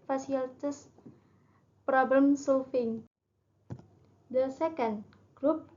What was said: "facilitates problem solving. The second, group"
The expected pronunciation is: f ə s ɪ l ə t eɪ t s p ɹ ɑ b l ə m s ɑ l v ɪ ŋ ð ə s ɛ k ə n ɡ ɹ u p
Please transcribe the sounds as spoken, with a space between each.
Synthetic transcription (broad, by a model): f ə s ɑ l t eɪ s p ɹ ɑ b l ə m s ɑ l f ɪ ŋ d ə s ɛ k ə n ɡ ɹ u p